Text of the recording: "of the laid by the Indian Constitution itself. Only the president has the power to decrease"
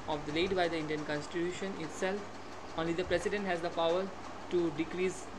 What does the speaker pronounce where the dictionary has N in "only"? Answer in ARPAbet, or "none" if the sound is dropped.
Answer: N